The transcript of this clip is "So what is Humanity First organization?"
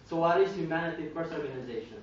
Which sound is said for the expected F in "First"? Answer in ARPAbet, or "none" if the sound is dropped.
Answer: P